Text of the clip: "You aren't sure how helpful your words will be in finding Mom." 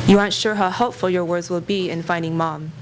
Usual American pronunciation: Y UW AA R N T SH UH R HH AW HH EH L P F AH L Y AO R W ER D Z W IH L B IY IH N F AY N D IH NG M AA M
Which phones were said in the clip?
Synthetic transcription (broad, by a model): Y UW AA R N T SH UH R HH AW HH EH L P F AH L Y AO R W ER D Z W IH L B IY IH N F AY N D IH NG M AA M